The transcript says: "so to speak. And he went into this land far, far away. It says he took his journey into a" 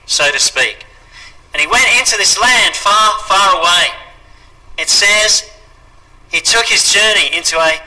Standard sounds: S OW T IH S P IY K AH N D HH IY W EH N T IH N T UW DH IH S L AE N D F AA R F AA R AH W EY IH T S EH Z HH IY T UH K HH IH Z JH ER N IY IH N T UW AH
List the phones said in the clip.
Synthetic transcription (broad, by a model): S OW T IH S P IY K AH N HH IY W EH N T IH N T UW DH IH S L AE N D F AA R F AA R AH W EY IH T S EH Z HH IY T UH K HH IH Z JH ER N IY IH N T UW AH